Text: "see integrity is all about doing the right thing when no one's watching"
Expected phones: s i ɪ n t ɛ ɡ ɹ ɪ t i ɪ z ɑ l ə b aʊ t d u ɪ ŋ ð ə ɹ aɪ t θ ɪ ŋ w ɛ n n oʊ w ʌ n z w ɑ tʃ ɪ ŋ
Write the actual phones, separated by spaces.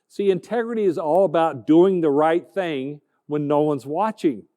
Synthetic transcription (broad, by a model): s i ɪ n t ɛ ɡ ɹ ɪ t i ɪ z ɑ l ə b aʊ t d u ɪ ŋ ð ə ɹ aɪ t θ ɪ ŋ w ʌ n n oʊ w ʌ n z w ɑ tʃ ɪ ŋ